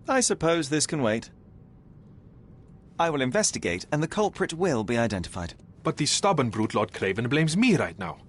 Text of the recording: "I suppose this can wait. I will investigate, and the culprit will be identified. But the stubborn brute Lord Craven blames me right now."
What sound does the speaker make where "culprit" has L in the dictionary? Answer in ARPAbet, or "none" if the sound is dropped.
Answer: L